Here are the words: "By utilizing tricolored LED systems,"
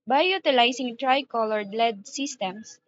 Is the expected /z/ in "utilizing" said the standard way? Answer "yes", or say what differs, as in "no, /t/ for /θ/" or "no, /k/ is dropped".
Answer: no, /s/ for /z/